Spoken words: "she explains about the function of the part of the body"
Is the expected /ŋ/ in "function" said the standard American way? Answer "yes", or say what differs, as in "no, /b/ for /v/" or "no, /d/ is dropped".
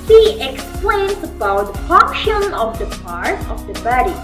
no, /ŋ/ is dropped